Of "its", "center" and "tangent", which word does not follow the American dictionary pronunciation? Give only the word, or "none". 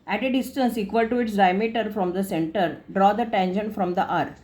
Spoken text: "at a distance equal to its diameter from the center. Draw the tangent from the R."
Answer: tangent